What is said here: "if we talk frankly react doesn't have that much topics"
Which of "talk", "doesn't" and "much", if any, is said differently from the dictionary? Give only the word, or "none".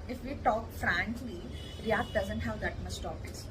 much